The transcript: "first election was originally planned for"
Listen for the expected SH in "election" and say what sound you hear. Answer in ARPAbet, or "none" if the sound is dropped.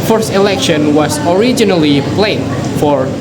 SH